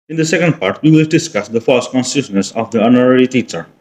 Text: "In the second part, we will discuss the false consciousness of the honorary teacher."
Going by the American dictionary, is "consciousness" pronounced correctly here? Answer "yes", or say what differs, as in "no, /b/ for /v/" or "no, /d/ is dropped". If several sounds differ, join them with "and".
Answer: no, /s/ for /ʃ/